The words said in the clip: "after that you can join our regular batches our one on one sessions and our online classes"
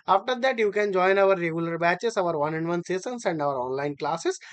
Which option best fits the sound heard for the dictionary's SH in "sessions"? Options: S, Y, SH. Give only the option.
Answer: S